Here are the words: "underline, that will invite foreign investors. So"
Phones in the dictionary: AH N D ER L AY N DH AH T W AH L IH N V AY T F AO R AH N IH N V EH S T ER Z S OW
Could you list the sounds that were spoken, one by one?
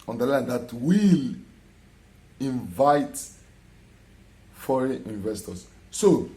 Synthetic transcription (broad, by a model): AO N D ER L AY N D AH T W AH L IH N V AY T F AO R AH IH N V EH S T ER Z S OW